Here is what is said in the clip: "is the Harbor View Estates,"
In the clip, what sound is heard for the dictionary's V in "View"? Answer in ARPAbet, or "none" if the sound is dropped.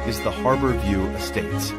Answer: V